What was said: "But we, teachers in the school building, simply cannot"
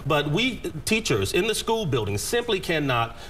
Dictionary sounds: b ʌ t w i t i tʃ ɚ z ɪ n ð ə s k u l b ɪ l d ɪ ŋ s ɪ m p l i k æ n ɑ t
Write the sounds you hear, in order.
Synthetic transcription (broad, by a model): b ʌ t w i t i tʃ ɚ z ɪ n ð ə s k u l b ɪ l d ɪ ŋ s ɪ m p l i k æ n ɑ t